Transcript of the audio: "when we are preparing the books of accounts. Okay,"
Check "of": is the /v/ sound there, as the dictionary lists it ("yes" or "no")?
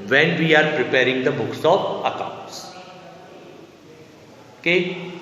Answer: no